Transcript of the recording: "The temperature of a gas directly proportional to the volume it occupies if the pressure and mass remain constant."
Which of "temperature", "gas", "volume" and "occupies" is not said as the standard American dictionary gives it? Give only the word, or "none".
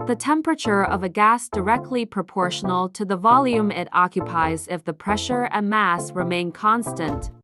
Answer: none